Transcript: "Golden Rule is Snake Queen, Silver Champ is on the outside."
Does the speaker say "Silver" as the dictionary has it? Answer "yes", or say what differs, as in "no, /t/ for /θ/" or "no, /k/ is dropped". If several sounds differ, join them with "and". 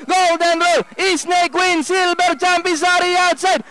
no, /b/ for /v/